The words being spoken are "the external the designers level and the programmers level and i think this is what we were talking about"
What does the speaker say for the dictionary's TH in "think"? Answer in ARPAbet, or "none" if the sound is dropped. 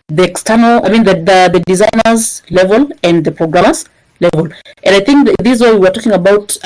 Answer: TH